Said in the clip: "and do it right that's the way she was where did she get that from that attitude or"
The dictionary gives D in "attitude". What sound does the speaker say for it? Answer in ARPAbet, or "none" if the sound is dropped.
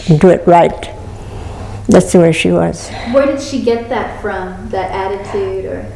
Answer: D